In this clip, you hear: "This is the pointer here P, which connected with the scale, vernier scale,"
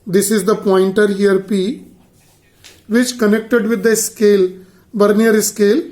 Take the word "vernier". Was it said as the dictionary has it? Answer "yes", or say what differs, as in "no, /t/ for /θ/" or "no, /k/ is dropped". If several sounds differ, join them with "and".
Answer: no, /b/ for /v/